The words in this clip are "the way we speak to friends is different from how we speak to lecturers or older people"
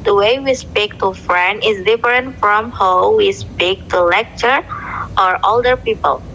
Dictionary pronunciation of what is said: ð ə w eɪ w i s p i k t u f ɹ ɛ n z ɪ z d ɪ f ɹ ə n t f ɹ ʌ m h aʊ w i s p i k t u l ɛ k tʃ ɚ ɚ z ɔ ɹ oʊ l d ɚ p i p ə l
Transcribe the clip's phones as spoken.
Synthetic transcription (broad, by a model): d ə w eɪ w i s p i k t u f ɹ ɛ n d ɪ z d ɪ f ɹ ə n t f ɹ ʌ m h aʊ w i s p i k t u l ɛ k tʃ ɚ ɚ ɔ ɹ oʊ l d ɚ p i p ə l